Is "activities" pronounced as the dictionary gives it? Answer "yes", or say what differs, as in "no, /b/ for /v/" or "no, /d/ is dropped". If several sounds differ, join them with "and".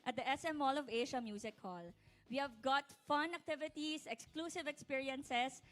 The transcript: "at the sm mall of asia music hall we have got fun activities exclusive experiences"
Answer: no, /s/ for /z/